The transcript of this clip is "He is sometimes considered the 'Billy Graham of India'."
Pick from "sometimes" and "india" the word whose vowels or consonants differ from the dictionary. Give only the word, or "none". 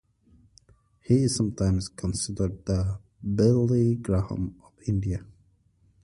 sometimes